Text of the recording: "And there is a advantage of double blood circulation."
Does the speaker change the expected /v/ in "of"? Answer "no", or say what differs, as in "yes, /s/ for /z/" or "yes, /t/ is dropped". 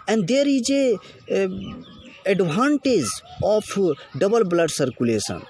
yes, /p/ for /v/